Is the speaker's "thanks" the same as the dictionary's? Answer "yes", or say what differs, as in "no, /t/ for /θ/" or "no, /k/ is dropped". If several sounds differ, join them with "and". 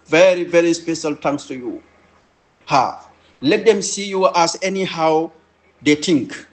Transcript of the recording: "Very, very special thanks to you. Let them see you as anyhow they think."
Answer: no, /t/ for /θ/